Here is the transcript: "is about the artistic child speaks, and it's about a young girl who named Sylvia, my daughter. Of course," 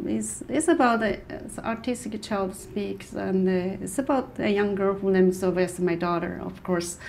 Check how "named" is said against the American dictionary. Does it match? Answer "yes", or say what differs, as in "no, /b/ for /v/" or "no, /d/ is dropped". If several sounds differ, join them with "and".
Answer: no, /l/ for /n/